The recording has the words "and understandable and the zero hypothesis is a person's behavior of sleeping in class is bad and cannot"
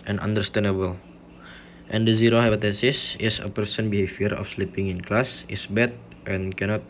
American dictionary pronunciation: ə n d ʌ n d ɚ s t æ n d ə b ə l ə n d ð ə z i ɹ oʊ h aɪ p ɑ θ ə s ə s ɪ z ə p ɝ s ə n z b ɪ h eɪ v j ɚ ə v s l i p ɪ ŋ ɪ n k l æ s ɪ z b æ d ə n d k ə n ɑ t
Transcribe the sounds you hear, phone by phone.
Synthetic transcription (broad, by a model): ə n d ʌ n d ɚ s t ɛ n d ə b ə l ə n d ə z i ɹ oʊ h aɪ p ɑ t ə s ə s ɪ s ə p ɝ s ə n b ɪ h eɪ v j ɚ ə f s l i p ɪ ŋ ɪ n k l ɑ s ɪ s b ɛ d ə n k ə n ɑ t